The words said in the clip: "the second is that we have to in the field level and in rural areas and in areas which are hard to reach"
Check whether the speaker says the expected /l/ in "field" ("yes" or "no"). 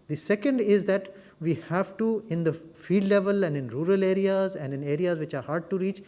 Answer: no